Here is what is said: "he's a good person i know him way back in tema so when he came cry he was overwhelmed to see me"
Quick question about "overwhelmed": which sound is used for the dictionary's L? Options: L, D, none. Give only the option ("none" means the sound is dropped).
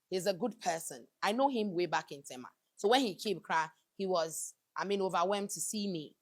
none